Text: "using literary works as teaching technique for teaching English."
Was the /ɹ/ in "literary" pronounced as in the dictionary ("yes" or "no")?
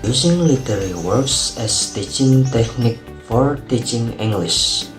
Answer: no